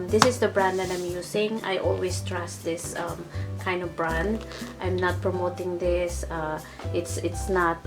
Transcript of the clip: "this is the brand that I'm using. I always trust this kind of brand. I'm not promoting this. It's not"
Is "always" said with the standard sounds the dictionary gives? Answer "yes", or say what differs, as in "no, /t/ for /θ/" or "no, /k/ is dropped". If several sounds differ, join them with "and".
no, /s/ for /z/